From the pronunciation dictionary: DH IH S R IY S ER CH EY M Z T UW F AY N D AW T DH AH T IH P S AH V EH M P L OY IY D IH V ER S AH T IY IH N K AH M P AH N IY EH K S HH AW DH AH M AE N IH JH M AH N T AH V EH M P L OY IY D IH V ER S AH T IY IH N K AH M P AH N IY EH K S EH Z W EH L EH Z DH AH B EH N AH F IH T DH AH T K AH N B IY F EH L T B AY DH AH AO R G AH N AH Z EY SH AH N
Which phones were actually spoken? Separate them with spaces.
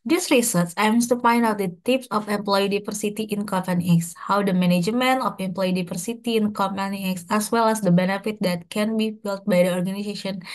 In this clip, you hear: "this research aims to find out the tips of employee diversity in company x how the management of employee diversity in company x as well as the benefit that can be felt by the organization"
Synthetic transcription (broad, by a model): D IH S R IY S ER S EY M S T UW F AY N D AW T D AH T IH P S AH F EH M P L OY IY D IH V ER S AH T IY IH N K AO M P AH N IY EH K S HH AW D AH M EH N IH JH M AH N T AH F EH M P L OY IY D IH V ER S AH T IY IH N K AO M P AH N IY EH K S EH S W EH L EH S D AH B EH N AH F IH T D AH T K AH N B IY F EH L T B AY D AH AO R G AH N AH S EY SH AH N